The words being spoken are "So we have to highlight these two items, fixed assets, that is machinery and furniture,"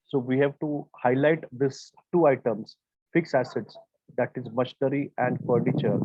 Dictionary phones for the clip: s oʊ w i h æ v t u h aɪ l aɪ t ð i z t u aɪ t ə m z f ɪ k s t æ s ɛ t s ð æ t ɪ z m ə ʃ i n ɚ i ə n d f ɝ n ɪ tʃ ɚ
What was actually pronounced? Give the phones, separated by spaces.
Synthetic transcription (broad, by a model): s oʊ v i h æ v t u h aɪ l aɪ t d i s t u aɪ t ə m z f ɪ k s æ s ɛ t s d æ t ɪ z m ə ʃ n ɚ i ə n d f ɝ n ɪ tʃ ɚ